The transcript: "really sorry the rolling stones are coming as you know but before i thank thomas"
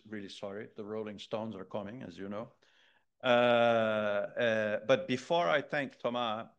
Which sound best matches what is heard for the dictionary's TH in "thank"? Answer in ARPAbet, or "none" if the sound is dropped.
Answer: TH